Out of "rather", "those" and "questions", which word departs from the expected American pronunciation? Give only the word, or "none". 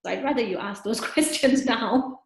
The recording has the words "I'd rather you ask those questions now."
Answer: none